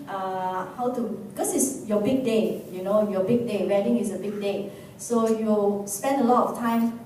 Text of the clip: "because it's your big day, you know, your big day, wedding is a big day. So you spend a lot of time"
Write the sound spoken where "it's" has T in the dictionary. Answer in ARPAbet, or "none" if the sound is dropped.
S